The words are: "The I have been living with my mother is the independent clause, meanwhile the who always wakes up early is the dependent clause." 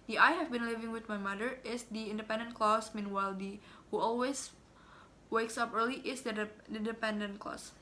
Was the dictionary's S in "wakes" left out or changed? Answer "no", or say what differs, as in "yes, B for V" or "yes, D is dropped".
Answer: no